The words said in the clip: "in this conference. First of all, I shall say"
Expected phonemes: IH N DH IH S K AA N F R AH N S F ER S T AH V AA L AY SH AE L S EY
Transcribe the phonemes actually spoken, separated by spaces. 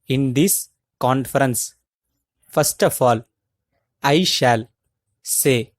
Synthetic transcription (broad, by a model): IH N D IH S K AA N F R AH N S F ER S T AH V AA L AY SH AE L S EY